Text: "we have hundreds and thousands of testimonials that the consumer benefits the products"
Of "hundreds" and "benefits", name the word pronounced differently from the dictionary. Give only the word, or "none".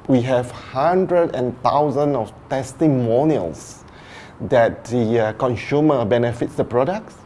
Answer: hundreds